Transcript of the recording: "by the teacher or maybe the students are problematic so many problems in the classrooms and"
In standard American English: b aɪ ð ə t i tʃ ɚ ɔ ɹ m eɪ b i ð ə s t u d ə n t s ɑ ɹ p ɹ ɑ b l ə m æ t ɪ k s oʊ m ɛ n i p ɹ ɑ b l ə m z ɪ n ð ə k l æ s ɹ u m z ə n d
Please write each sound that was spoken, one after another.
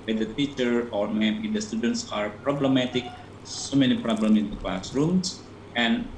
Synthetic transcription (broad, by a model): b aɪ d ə t i tʃ ɚ ɔ ɹ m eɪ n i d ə s t u d ə n t s ɑ ɹ p ɹ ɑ b l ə m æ t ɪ k s oʊ m ɛ n i p ɹ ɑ b l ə m ɪ n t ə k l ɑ s ɹ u m s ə n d